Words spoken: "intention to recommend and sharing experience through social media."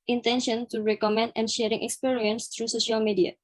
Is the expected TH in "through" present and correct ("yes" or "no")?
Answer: no